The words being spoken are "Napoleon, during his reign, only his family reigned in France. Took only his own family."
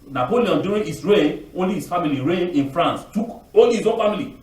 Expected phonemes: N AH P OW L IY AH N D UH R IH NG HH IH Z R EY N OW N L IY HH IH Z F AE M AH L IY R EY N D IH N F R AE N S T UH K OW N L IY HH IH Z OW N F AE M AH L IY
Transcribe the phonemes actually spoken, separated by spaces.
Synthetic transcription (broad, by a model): N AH P OW L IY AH N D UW R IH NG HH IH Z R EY OW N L IY HH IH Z F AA M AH L IY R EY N IH N F R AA N S T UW K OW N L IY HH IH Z OW N F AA M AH L IY